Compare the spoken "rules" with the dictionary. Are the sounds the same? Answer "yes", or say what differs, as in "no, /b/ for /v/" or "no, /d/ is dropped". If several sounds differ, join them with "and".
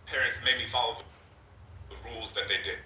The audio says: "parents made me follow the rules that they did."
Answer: yes